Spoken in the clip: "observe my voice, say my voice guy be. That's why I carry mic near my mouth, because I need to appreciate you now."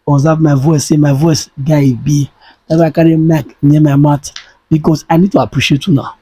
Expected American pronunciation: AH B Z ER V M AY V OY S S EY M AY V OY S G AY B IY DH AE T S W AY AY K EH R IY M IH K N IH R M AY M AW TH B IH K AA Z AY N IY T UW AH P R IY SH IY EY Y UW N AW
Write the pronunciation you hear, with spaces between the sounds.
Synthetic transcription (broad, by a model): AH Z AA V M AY V OY S S EY M AY V OY S G AY B IY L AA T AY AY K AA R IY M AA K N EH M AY M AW T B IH K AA S AY N IY T UW AH P R IY SH IY EY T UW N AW